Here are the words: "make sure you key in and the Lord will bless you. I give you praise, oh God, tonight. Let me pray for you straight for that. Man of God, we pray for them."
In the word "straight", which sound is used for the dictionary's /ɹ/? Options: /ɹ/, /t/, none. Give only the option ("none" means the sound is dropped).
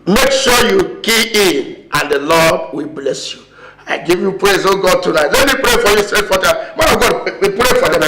none